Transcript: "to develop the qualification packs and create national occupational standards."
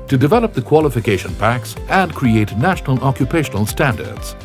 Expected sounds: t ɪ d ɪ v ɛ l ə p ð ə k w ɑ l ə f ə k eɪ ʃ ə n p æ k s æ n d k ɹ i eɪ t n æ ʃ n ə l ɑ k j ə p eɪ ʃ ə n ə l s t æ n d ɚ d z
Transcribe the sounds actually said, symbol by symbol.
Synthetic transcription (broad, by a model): t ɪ d ɪ v ɛ l ə p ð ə k w ɑ l ə f ə k eɪ ʃ ə n p æ k s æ n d k ɹ i eɪ t n æ ʃ n ə l ɑ k j ə p eɪ ʃ ə n ə l s t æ n d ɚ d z